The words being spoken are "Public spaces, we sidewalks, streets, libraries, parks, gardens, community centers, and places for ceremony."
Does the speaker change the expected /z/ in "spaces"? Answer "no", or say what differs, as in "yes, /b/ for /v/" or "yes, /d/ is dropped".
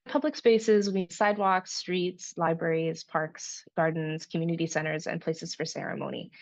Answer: no